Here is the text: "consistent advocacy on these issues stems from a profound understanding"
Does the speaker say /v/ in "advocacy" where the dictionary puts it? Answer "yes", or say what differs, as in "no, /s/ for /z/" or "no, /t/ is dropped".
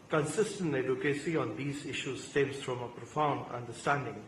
no, /v/ is dropped